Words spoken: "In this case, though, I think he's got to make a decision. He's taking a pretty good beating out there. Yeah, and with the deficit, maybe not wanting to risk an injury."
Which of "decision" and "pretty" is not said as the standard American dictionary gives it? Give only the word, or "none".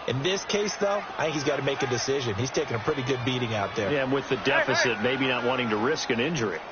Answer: none